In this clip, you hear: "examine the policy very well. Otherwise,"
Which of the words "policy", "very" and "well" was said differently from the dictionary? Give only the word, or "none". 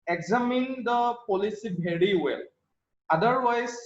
very